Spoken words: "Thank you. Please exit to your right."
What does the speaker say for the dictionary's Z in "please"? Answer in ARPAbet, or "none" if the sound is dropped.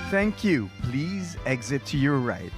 Z